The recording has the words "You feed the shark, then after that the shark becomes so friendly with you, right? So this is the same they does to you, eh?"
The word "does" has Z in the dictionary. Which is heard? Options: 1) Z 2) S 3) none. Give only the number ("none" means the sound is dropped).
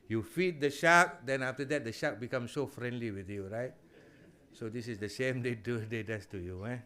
2